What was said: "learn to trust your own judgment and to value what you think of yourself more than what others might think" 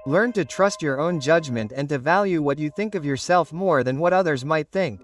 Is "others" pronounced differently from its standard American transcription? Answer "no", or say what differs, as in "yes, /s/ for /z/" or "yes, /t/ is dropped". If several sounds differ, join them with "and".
no